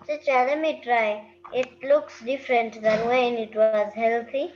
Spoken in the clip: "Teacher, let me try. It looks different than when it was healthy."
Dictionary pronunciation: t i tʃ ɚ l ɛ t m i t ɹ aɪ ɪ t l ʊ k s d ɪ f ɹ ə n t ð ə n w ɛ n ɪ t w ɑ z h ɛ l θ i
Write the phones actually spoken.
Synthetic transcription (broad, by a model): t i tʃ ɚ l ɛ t m i t ɹ aɪ ɪ t l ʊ k s d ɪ f ɹ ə n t ð ə n w ɛ n ɪ t w ɑ z h ɛ l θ i